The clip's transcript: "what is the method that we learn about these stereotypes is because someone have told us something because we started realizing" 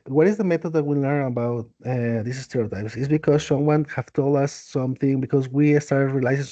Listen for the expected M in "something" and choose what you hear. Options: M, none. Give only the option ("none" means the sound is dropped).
M